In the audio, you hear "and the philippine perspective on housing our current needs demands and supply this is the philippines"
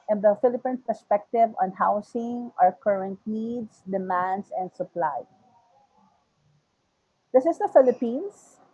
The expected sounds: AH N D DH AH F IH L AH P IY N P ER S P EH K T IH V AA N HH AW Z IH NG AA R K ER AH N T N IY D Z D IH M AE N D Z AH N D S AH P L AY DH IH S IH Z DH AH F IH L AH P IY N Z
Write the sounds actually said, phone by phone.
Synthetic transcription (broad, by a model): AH N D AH F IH L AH P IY N P ER S P EH K T IH V AA N HH AW S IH NG AA R K ER AH N T N IY D S D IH M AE N D S AH N D S AH P L AY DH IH S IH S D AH F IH L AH P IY N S